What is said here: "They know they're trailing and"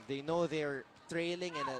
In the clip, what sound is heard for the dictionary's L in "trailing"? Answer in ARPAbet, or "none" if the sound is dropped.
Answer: L